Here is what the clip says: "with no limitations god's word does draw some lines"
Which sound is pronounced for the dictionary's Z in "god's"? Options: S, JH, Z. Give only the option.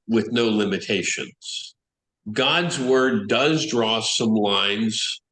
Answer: Z